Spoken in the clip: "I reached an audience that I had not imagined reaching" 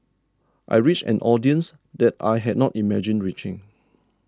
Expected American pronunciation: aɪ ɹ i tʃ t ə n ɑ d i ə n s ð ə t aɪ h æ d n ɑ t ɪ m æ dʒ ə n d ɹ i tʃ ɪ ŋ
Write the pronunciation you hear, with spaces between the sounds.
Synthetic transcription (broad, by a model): aɪ ɹ i tʃ ə n ɑ d i ə n s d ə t aɪ h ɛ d n ɑ t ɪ m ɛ dʒ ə n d ɹ i tʃ ɪ ŋ